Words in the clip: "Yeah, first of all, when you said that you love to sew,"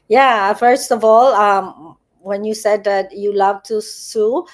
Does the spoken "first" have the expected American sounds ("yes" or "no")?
yes